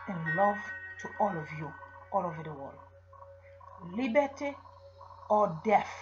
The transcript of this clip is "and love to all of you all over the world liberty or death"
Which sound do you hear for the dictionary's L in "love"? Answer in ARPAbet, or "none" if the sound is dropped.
L